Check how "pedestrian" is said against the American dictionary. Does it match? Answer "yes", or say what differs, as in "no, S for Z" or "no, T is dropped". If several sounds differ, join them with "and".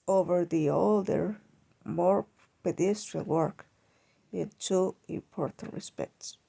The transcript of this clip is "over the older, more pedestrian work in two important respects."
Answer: no, L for N